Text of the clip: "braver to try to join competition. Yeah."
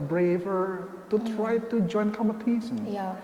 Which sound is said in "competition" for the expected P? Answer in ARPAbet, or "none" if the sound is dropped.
none